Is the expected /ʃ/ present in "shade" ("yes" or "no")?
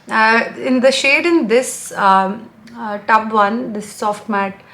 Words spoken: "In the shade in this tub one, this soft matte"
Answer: yes